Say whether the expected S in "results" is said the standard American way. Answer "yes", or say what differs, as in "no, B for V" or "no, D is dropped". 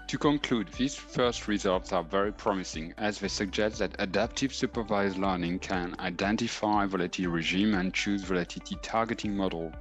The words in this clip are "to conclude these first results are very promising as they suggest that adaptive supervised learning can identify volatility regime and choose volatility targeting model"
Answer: yes